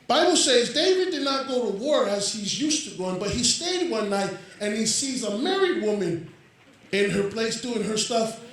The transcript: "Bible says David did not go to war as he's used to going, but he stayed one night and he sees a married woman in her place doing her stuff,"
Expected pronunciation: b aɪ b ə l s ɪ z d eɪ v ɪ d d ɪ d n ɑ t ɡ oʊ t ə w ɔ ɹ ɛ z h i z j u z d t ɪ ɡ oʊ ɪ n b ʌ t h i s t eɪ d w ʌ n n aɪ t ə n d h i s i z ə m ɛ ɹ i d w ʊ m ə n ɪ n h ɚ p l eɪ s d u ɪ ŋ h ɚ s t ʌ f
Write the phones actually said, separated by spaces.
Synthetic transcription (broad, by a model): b aɪ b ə l s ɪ z d eɪ v ɪ d d ɪ d n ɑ t ɡ oʊ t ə w ɔ ɹ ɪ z h i z j u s t ɪ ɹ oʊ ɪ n b ʌ t h i s t eɪ d w ʌ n n aɪ t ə n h i s i z ə m ɛ ɹ i d w ʊ m ə n ɪ n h ɚ p l eɪ s d u ɪ ŋ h ɚ s t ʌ f